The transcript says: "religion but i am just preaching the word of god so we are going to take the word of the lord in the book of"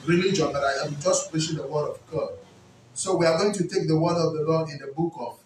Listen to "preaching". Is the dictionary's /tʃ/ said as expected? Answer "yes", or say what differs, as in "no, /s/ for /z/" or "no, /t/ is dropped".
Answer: no, /ʃ/ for /tʃ/